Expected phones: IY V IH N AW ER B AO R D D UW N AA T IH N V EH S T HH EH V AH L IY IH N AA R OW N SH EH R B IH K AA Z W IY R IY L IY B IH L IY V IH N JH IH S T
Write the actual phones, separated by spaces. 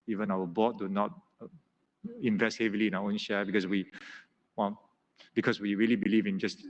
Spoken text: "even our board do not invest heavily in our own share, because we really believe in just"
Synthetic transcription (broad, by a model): IY V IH N AW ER B AO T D D UW N AA T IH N V EH S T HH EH V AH L IY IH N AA W OW N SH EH W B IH K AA S W IY R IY L IY B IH L IY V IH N JH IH S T